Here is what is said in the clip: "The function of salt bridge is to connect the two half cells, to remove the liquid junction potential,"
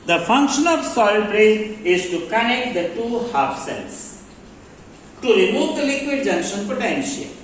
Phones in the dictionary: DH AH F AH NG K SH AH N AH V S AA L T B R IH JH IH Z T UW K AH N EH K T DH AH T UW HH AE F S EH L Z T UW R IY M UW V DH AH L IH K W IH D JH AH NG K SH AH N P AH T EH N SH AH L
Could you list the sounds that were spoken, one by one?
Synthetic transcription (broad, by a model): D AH F AH NG K SH AH N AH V S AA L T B R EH IH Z T UW K AH N EH K T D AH T UW HH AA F S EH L S T UW R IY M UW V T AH L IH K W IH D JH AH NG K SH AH N P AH T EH N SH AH L